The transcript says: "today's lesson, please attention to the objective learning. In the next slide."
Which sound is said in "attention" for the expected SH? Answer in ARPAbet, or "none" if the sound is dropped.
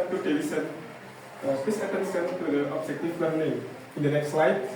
S